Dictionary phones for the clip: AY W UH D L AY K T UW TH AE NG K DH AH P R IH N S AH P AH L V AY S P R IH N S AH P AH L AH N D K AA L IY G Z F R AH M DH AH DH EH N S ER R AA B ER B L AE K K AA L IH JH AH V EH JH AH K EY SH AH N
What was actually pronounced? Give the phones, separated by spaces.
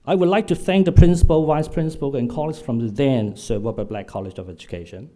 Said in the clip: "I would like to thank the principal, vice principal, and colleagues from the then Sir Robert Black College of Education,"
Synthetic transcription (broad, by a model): AY W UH D L AY K T UW TH AE NG K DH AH P R IH N S AH P AH L W AY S P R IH N S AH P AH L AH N K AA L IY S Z F R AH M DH DH EH N S ER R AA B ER B L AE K K AA L IH JH AH V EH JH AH K EY SH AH N